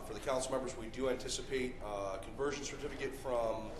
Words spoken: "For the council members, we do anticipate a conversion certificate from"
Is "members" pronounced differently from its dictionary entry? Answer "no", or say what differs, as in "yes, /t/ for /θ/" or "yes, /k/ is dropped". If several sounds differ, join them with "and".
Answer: no